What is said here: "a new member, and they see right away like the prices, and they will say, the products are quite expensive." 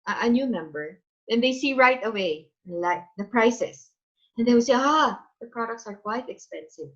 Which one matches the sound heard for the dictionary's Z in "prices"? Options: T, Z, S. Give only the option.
S